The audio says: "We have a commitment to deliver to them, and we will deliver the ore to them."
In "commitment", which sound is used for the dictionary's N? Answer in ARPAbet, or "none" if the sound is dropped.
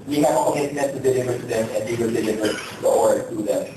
none